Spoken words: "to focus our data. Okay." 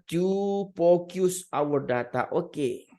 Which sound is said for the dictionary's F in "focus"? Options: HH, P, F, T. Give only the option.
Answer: P